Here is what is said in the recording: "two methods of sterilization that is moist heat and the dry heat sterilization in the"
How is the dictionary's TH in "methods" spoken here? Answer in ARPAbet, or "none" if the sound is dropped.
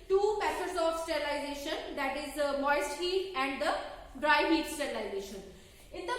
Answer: S